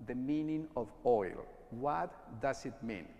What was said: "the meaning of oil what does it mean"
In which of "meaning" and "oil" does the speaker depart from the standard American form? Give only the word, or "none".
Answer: none